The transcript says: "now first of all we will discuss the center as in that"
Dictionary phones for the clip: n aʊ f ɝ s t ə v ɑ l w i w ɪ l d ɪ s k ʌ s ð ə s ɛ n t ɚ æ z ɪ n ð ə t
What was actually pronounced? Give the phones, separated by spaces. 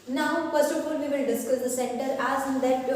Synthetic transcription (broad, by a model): n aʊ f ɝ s ə f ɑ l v i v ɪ l d ɪ s k ʌ s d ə s ɛ n t ɚ æ z ɪ n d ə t